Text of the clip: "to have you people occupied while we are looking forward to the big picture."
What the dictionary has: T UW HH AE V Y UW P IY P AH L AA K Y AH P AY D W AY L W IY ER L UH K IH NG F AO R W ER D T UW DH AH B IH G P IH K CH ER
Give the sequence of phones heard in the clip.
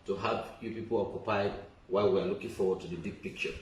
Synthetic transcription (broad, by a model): T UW HH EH P Y UW P IY P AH L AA K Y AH P AY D W AY L W IY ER L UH K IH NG F AO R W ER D T UW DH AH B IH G P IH K CH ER